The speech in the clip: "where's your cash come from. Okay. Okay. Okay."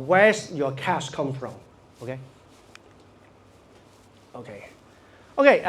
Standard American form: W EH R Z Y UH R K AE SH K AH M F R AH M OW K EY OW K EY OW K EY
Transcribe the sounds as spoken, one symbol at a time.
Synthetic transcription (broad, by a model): W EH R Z Y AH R K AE S K AH M F R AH M OW K EY OW K EY OW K EY